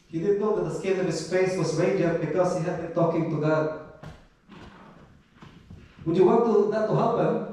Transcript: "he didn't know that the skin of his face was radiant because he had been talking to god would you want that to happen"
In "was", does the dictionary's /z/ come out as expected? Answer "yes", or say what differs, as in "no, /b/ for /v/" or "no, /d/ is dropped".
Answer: no, /s/ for /z/